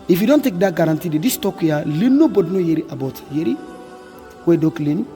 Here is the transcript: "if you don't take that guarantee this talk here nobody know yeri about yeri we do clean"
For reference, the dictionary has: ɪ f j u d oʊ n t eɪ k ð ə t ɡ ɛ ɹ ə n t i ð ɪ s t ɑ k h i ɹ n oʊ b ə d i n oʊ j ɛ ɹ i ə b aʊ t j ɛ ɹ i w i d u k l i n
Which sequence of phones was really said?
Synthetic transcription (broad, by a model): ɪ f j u d oʊ n t eɪ k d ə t ɡ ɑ ɹ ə n t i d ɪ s t ɑ k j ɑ l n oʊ b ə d n oʊ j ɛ ɹ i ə b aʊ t j ɛ ɹ i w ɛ d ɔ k l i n